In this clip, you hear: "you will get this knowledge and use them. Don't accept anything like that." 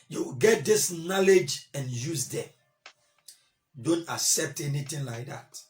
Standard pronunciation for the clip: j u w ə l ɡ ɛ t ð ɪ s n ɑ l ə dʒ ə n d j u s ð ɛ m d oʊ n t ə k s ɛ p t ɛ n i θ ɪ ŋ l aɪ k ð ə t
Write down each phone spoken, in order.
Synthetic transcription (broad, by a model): j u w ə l ɡ ɛ t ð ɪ s n ɑ l ə dʒ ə n j u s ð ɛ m d oʊ n t ə k s ɛ p t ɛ n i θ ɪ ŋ l aɪ k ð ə t